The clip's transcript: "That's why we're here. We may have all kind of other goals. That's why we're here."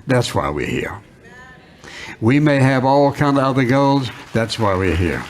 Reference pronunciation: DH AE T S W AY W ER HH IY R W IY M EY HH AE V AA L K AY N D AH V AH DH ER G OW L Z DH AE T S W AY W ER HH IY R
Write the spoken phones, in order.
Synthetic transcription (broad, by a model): DH AE T S W AY W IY HH IY R W IY M EY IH V AA L K AY N D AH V AH DH ER G OW L Z DH AE T S W AY W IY HH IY R